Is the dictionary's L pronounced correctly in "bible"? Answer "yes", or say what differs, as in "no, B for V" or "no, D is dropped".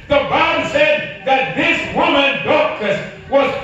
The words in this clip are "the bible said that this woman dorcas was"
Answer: no, N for L